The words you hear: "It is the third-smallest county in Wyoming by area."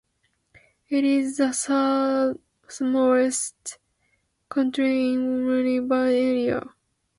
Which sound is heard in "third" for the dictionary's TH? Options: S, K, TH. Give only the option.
S